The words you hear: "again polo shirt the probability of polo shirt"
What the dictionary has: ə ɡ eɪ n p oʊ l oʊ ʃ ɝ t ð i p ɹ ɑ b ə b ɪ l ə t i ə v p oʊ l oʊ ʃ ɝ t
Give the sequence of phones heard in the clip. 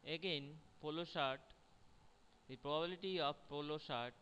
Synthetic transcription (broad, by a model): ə ɡ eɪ n p oʊ l oʊ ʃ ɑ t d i p ɹ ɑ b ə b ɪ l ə t i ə b p oʊ l oʊ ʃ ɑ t